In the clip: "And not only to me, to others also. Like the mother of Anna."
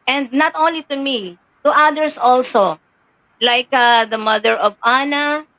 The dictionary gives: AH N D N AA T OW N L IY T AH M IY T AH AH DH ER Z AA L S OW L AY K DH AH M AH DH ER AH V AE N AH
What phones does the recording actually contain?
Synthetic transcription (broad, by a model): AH N D N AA T OW N L IY T AH M IY T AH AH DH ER S AA L S OW L AY K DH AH M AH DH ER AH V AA N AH